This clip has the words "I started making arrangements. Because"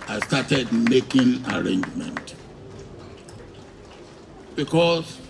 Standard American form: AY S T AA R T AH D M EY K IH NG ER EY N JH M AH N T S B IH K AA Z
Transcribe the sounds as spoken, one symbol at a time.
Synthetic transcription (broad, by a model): AY S T AA T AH D M EY K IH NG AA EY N JH M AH N T B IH K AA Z